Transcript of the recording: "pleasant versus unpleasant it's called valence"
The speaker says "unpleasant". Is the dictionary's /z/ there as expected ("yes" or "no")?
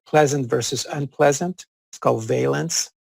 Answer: yes